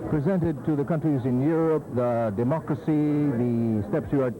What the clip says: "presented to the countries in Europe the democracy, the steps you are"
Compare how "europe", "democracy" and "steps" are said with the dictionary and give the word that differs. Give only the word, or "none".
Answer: none